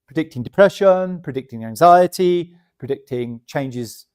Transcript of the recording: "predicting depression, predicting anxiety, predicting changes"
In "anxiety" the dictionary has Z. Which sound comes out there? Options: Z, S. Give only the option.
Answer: Z